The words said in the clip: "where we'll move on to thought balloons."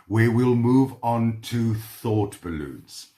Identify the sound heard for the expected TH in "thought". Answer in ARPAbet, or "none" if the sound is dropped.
TH